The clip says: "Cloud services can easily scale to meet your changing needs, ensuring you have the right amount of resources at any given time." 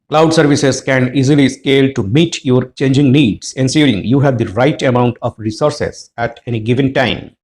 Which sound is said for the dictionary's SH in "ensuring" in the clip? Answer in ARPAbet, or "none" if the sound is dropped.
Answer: S